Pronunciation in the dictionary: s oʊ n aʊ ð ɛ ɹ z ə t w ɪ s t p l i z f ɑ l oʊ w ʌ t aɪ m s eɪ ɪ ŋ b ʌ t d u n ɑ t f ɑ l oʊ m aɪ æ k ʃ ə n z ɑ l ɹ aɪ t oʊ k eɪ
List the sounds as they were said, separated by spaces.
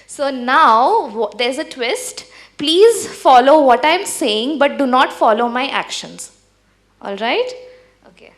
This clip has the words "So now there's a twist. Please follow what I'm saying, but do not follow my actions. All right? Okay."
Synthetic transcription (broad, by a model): s oʊ n aʊ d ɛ ɹ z ə t w ɪ s t p l i z f ɑ l oʊ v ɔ t aɪ m s eɪ ɪ ŋ b ʌ t d u n ɑ t f ɑ l oʊ m aɪ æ k ʃ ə n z ɑ l ɹ aɪ t oʊ k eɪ